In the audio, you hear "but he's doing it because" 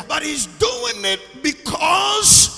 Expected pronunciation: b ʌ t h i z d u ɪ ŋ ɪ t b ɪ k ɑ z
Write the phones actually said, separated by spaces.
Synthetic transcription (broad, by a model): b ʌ t h i z d u ɪ ŋ ɪ t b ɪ k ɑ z